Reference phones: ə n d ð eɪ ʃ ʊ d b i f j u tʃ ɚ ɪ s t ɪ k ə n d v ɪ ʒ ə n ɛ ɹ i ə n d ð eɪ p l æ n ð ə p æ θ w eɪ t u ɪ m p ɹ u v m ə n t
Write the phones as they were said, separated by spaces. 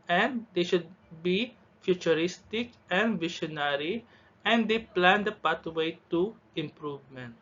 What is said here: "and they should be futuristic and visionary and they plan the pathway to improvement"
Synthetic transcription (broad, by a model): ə n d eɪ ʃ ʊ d b i f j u tʃ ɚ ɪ s t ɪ k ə n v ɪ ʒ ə n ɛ ɹ i ə n d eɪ p l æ n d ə p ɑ t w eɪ t u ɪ m p ɹ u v m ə n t